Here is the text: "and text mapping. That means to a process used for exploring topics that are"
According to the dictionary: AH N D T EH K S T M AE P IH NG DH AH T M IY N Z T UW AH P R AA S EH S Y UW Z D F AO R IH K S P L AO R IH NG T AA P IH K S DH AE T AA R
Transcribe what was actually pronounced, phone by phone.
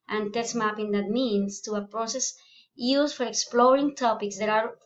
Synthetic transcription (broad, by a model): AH N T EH S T M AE P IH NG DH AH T M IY N S T UW AH P R AA S EH S Y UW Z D F AO R IH K S P L AO R IH NG T AA P IH K S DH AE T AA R